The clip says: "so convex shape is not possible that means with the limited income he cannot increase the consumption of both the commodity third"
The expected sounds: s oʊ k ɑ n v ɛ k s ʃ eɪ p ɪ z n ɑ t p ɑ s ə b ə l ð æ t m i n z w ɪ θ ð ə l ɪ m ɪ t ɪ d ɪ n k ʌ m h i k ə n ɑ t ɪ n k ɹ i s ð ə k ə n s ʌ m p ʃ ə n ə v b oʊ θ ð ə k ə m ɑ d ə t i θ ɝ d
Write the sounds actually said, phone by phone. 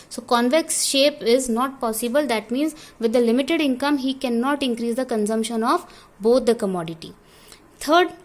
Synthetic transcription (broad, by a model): s oʊ k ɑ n v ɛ k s ʃ eɪ p ɪ z n ɑ t p ɑ s ə b ə l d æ t m i n z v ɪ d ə l ɪ m ɪ t ɪ d ɪ n k ʌ m h i k ə n ɑ t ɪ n k ɹ i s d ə k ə n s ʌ m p ʃ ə n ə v b oʊ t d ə k ə m ɑ d ə t i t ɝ d